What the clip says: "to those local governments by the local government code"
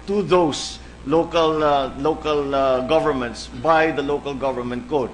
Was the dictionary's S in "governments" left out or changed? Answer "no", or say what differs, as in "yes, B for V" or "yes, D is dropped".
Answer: no